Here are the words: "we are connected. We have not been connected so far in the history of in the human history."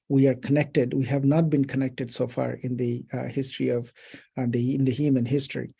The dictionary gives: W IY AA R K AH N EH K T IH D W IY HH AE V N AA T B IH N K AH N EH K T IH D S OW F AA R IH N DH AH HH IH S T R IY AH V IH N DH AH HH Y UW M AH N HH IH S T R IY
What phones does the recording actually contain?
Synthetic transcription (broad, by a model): W IY AA R K AH N EH K T IH D W IY HH AE V N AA T B IH N K AH N EH K T IH D S OW F AA R IH N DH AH HH IH S T R IY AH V IH N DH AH HH Y UW M AH N HH IH S T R IY